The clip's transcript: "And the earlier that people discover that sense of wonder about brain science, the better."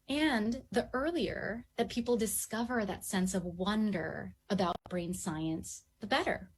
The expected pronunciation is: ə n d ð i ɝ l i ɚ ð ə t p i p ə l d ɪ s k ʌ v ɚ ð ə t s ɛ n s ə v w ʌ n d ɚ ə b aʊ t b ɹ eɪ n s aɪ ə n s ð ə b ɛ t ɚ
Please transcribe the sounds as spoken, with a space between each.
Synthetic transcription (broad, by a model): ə n ð i ɝ l i ɚ ð ə t p i p l d ɪ s k ʌ v ɚ ð ə t s ɛ n s ə v w ʌ n d ɚ ə b aʊ t b ɹ eɪ n s aɪ ə n s ð ə b ɛ t ɚ